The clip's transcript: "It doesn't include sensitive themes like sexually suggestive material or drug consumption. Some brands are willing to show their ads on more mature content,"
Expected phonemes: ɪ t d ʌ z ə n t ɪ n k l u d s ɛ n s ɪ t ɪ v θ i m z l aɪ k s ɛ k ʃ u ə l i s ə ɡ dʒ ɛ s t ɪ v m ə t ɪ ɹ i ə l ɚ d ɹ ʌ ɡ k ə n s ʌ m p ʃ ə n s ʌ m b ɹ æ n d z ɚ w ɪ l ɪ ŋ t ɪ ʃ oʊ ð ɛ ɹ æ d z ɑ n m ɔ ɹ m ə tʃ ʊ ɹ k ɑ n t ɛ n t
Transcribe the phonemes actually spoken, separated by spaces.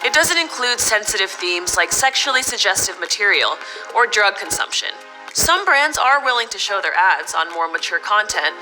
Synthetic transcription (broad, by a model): ɪ t d ʌ z ə n t ɪ n k l u d s ɛ n s ɪ t ɪ v θ i m z l aɪ k s ɛ k ʃ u l i s ə ɡ dʒ ɛ s t ɪ v m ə t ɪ ɹ i l ɚ d ɹ ʌ ɡ k ə n s ʌ m p ʃ ə n s ʌ m b ɹ æ n d z ɚ w ɪ l ɪ ŋ t ɪ ʃ oʊ ð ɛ ɹ æ d z n m ɔ ɹ m ə tʃ ʊ ɹ k ɑ n t ɛ n t